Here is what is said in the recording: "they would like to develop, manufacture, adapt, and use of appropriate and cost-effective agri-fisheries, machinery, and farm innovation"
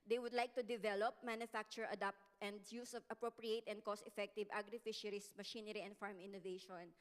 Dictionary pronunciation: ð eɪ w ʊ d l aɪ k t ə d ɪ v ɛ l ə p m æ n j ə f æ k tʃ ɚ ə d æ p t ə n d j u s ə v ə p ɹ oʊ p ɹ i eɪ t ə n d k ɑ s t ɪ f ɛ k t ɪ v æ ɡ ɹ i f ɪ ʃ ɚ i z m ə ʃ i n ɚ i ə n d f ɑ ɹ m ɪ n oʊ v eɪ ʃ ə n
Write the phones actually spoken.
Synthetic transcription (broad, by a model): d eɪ w ʊ d l aɪ k t ə d ɪ v ɛ l ə p m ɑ n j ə f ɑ k tʃ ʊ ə d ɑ p t ə n d j u s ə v ə p ɹ oʊ p ɹ i eɪ t ə n d k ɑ s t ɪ f ɛ k t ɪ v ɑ ɡ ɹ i f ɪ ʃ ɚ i s m ə ʃ i n ɚ i ə n d f ɑ ɹ m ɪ n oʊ v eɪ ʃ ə n